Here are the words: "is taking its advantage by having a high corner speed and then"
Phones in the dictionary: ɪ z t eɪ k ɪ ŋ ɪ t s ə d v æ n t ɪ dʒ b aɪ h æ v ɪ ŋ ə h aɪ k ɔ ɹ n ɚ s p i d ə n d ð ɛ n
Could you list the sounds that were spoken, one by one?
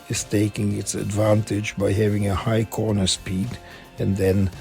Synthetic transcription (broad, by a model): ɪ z t eɪ k ɪ ŋ ɪ t s ə d v æ n t ɪ dʒ b aɪ h æ v ɪ ŋ ə h aɪ k ɔ ɹ n ɚ s p i d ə n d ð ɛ n